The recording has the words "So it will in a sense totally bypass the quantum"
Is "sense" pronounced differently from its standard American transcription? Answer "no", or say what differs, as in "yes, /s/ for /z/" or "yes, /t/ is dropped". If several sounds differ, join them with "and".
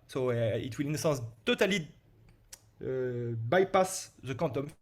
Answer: yes, /n/ is dropped